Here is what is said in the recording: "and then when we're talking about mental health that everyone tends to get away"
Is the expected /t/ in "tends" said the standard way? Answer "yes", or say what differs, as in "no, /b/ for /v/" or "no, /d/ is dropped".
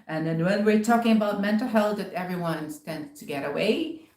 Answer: yes